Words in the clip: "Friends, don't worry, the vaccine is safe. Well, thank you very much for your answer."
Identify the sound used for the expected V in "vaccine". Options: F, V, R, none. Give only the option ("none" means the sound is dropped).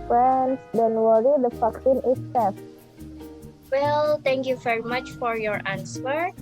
F